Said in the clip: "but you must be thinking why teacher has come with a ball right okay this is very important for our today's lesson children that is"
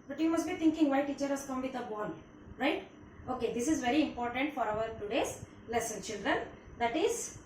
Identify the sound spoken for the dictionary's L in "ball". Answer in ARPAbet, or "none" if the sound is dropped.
N